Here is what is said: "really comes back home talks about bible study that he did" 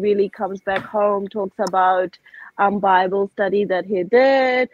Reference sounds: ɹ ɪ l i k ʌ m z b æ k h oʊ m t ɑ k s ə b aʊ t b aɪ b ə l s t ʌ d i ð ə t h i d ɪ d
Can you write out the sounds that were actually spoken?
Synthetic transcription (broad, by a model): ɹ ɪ l i k ʌ m z b æ k h oʊ m t ɑ k s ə b aʊ t b aɪ b ə l s t ʌ d i ð ə t h i d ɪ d